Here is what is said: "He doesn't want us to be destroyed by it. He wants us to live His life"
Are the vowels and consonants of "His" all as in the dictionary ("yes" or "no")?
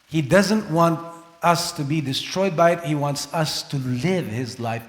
yes